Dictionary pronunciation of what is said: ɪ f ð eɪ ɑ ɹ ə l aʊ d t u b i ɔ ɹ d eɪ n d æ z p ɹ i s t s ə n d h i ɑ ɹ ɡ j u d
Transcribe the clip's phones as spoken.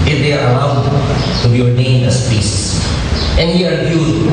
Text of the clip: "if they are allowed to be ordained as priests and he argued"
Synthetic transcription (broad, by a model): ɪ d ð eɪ ɑ ɹ ə l aʊ d t u b i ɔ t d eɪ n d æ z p i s s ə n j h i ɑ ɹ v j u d